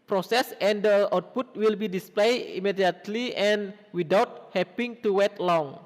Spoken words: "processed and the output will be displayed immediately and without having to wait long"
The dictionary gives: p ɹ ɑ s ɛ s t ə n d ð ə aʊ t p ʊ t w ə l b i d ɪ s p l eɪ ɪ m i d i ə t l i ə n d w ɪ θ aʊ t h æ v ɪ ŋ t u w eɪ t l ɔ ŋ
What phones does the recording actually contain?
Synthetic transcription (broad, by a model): p ɹ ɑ s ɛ s ə n d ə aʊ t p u t w ə l b i d ɪ s p l eɪ ɪ m i d i ə t l i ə n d w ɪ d aʊ t h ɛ p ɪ ŋ t u w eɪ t l ɔ ŋ